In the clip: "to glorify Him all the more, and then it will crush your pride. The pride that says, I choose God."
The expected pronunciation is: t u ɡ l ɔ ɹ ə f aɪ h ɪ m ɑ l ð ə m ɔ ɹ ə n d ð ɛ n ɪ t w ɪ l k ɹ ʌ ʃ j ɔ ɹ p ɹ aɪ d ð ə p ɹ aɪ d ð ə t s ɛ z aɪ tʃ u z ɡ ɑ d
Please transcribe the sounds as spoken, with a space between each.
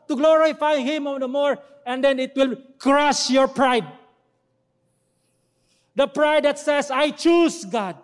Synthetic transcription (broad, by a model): t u ɡ l ɔ ɹ ə f aɪ h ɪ m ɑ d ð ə m ɔ ɹ ə n d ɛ n ɪ t w ɪ l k ɹ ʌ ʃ j ɔ ɹ p ɹ aɪ d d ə p ɹ aɪ d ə t s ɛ s aɪ tʃ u s ɡ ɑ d